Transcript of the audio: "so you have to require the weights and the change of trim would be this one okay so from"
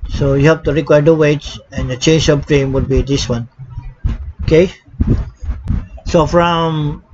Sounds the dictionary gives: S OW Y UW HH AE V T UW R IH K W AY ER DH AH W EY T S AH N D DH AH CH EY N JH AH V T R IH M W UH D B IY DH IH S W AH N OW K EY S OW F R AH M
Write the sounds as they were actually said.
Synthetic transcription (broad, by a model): S OW Y UW HH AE P T UW R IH K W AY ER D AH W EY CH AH N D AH CH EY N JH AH P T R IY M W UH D B IY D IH S W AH N OW K EY S OW F R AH M